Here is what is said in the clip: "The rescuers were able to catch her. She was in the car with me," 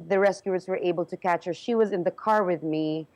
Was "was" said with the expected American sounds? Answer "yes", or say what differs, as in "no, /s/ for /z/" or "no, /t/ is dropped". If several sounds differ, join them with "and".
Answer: yes